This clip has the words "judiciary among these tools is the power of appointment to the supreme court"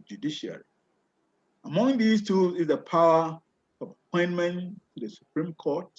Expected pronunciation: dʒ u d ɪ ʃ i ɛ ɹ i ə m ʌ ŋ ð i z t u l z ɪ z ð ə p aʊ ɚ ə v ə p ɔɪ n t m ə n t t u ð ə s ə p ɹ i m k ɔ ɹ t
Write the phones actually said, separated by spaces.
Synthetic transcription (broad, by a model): dʒ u d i ʃ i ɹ i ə m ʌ ŋ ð i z t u z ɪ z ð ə p aʊ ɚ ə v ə p ɔɪ n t m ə n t t u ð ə s ə p ɹ i m k ɔ t